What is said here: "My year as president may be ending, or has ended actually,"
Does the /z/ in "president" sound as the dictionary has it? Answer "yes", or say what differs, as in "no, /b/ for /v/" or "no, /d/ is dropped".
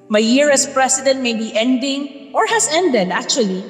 no, /s/ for /z/